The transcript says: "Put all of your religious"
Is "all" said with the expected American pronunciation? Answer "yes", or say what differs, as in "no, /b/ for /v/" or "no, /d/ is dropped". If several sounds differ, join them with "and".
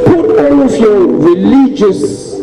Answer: no, /n/ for /l/